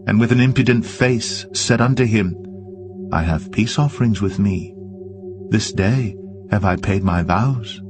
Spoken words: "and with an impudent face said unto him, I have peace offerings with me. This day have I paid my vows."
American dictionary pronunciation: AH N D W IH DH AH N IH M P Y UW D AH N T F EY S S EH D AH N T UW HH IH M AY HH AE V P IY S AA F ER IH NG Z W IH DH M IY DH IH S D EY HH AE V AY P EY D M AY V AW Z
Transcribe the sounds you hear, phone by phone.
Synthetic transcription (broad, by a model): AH N W IH DH AH N IH M P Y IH D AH N T F EY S S EH D AH N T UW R IH M AY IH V P IY S AA F ER IH NG Z W IH DH M IY DH IH S D EY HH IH V AY P EY D M AY V AW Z